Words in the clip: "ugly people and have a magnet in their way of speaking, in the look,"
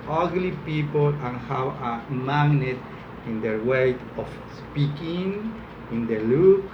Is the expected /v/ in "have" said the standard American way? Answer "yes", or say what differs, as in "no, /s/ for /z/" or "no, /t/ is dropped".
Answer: no, /w/ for /v/